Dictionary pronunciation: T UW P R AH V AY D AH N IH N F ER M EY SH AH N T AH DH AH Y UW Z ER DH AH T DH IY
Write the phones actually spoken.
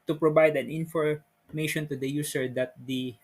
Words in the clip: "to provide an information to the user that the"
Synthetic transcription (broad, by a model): T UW P R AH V AY D AH N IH N F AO M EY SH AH N T AH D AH Y UW S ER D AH T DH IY